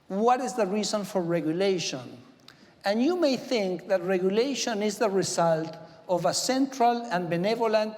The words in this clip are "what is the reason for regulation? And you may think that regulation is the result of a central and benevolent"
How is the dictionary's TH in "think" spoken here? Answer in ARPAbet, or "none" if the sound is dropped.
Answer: TH